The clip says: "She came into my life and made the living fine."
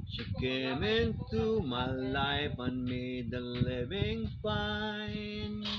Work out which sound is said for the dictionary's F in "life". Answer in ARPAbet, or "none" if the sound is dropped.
P